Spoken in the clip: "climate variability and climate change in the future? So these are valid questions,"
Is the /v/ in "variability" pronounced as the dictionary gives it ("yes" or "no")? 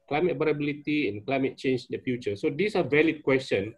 no